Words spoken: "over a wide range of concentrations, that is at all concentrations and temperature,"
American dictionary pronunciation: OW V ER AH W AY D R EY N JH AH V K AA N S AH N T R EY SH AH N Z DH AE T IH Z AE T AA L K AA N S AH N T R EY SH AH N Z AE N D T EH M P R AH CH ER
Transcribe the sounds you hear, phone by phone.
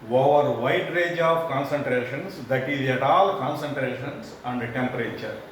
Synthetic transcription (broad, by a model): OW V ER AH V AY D R EY JH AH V K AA N S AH N T R EY SH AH N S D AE T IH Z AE T AA L K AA N S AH N T R EY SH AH N S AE N D T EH M P R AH CH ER